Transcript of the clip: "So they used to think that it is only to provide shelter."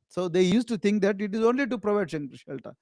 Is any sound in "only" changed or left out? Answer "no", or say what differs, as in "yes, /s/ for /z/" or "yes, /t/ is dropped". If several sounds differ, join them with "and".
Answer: no